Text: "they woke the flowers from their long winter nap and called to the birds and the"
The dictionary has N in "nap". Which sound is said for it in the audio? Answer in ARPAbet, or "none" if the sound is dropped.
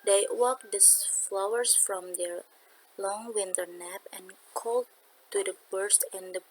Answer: N